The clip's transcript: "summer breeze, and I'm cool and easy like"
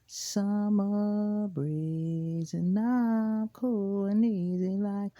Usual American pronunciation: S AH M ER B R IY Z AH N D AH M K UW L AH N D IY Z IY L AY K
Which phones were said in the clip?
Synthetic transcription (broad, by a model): S AH M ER B R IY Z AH N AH K UW L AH N IY Z IY L AY K